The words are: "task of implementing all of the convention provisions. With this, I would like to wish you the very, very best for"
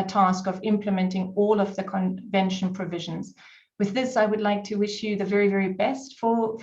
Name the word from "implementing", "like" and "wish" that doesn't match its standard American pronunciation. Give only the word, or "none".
none